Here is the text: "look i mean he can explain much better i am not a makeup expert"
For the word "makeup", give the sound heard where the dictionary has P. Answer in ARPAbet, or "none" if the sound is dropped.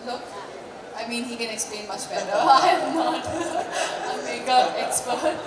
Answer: none